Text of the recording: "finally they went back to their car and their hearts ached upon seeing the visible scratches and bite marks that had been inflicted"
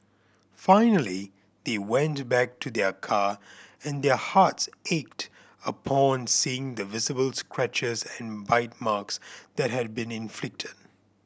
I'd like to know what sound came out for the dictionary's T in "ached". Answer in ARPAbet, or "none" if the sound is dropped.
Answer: T